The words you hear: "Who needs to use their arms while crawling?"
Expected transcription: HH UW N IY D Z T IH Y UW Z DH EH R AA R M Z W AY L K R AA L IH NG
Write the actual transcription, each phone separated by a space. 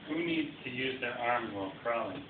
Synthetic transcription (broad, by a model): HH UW N IY D Z T IH Y UW Z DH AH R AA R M W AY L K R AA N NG